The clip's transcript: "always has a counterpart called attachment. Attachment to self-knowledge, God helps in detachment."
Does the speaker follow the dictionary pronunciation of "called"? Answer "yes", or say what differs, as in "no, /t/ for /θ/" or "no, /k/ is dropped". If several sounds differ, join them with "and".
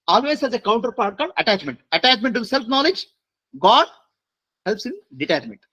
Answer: no, /l/ is dropped